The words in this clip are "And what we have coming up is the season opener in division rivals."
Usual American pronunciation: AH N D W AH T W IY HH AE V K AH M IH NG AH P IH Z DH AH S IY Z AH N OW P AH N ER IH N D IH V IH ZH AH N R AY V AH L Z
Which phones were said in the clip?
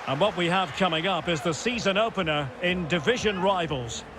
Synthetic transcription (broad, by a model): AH N W AH T W IY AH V K AH M IH NG AH P IH Z DH AH S IY Z AH N OW P AH N ER IH N D IH V IH ZH AH N R AY V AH L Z